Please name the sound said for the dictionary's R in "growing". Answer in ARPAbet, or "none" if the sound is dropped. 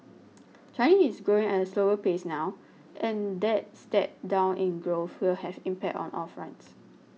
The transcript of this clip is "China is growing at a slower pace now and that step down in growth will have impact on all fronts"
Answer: R